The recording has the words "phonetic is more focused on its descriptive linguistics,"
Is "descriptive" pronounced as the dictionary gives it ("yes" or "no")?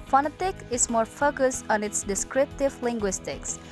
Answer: yes